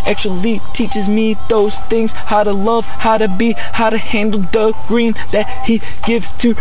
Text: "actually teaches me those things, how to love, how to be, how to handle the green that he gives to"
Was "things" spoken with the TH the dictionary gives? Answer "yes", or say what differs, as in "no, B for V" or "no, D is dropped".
yes